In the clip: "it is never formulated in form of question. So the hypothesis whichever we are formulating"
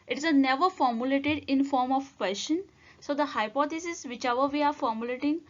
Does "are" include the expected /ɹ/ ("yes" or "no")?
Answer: yes